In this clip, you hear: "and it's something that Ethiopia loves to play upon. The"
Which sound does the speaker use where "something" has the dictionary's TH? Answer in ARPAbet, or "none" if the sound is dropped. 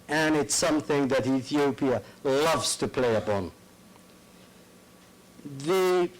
TH